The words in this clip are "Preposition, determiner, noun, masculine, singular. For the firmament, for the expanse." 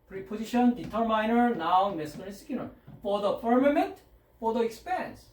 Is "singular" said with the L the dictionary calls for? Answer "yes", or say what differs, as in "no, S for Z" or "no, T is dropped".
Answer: no, N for L